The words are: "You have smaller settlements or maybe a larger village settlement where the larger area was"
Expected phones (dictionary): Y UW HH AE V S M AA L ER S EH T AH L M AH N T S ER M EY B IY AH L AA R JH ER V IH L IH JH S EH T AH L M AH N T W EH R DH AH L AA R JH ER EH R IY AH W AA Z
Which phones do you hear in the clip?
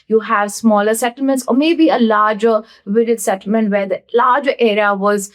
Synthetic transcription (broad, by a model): Y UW HH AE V S M AA L ER S EH T AH L M AH N T S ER M EY B IY AH L AA R JH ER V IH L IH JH S EH T AH L M AH N T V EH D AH L AA R JH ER EH R IY AH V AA Z